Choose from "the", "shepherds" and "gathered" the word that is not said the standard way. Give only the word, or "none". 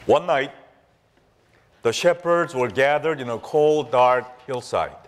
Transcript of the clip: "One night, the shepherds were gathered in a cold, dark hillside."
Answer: none